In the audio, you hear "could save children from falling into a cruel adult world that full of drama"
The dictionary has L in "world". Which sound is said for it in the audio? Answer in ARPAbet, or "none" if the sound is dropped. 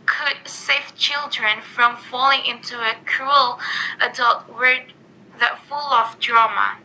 none